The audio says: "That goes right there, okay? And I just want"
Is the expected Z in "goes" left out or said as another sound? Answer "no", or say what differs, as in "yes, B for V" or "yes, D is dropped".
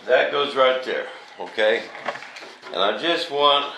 no